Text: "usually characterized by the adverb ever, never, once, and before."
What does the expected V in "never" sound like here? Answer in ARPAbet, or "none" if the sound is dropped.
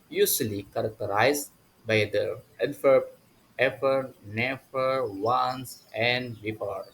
F